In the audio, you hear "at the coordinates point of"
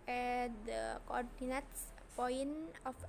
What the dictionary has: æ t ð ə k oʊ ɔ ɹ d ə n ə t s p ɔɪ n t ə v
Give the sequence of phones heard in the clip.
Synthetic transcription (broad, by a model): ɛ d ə k oʊ ɔ ɹ d ə n ə t s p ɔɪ n ə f